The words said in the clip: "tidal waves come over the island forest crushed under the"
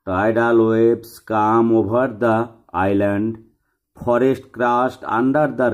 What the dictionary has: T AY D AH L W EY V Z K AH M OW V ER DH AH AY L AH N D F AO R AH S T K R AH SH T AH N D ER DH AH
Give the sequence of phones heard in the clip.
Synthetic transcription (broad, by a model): T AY D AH L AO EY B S K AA M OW B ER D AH AY L AH N D P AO R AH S T K R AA S T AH N D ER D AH